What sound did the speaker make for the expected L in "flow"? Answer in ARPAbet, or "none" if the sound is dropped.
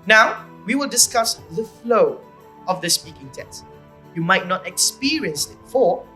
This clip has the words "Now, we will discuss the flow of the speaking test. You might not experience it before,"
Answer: L